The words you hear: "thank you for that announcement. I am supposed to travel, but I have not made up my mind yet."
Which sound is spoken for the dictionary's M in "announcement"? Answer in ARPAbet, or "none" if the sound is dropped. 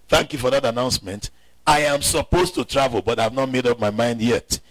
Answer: M